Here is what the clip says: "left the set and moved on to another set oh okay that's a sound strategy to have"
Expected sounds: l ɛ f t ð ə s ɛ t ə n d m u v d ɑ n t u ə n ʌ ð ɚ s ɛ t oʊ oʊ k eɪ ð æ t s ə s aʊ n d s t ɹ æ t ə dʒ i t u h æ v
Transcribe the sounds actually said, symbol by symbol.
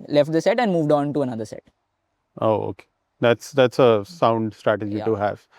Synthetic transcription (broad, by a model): l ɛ f t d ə s ɛ t ə n d m u v d ɑ n t u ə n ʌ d ɚ s ɛ t oʊ oʊ k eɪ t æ t s ə s aʊ n d s t ɹ æ t ə dʒ i t u h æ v